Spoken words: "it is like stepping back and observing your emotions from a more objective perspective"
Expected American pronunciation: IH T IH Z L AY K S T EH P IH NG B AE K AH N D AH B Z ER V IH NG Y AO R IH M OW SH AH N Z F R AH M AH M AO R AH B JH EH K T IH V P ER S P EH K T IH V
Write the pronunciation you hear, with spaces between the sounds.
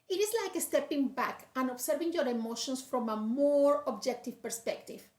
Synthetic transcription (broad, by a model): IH T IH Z L AY K S T EH P IH NG B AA K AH N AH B S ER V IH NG Y AO R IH M OW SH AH N S F R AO M AH M AO R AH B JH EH K T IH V P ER S P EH K T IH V